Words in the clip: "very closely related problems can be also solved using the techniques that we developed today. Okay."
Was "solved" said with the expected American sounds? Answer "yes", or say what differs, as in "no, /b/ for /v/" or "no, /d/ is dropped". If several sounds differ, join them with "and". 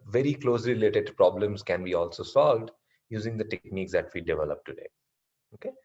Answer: yes